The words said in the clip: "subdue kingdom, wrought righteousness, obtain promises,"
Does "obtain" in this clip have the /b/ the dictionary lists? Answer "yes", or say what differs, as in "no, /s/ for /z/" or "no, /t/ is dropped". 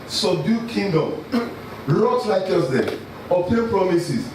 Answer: no, /b/ is dropped